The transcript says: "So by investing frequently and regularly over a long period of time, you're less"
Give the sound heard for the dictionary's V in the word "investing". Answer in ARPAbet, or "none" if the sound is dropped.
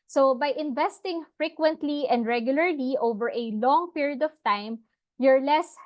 V